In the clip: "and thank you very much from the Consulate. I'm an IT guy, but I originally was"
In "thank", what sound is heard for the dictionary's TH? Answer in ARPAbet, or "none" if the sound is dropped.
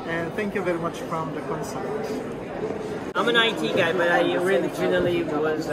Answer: TH